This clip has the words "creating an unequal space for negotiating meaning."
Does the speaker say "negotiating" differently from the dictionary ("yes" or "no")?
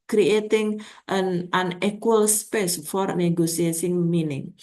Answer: yes